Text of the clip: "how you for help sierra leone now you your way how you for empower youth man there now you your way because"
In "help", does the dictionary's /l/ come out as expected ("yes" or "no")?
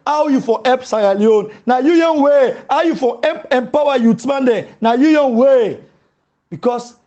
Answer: no